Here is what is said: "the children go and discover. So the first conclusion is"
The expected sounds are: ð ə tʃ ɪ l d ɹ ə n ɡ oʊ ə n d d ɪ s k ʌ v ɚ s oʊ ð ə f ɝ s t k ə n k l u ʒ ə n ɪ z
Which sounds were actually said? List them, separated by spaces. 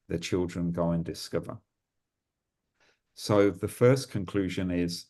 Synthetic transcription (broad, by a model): ð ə tʃ ɪ l d ɹ ə n ɡ oʊ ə n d d ɪ s k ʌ v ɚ s oʊ ð ə f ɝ s k ə n k l u ʒ ə n ɪ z